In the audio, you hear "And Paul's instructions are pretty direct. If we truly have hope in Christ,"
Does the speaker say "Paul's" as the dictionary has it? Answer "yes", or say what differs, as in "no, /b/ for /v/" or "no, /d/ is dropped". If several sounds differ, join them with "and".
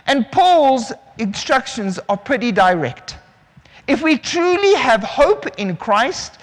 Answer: yes